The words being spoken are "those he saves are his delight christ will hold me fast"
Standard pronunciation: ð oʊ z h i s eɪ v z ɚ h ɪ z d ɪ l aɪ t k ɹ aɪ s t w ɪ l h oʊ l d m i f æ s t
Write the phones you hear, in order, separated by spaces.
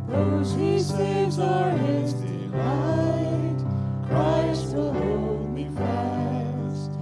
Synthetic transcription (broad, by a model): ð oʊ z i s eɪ z ɚ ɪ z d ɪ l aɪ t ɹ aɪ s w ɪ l h oʊ l d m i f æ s t